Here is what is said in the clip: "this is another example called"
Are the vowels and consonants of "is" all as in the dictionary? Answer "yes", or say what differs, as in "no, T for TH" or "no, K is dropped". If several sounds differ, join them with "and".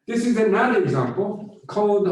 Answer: yes